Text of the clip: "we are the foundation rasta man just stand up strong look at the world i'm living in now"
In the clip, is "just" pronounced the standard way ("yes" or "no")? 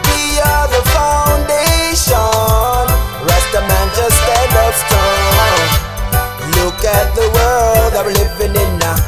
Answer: no